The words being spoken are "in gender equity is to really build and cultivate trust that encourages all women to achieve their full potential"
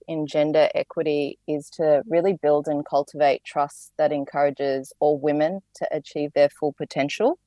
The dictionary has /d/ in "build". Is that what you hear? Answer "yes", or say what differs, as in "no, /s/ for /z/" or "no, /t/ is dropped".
yes